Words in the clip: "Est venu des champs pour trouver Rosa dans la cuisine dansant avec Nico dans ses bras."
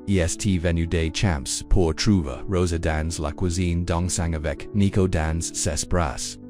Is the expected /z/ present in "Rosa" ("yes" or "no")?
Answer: yes